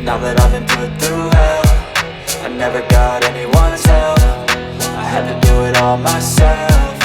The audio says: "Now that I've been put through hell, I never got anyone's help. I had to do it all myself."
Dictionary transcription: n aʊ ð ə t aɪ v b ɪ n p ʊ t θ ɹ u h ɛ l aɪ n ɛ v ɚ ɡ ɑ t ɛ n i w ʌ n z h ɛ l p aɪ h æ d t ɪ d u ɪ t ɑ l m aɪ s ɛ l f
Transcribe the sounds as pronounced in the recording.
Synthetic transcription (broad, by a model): n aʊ ð ə t aɪ v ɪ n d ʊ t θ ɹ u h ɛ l aɪ n ɛ v ɚ ɡ ɑ t ɛ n i w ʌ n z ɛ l f aɪ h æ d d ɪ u ɪ t ɑ l m aɪ s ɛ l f